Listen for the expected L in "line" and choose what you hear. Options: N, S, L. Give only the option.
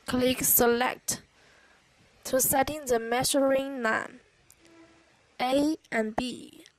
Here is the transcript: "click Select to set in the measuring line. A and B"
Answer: N